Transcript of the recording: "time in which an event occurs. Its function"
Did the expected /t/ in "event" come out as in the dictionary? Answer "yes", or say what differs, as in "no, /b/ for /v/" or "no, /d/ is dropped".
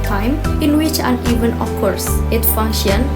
no, /t/ is dropped